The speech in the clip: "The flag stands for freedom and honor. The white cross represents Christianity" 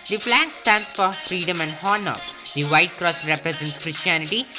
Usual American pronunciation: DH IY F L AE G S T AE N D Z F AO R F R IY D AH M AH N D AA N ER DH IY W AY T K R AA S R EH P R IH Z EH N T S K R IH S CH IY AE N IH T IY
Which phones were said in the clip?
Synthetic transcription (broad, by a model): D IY P L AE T S T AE N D S F AO R F R IY D AH M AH N D AA N ER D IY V AY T K R AA S R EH P R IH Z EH N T S K R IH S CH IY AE N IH T IY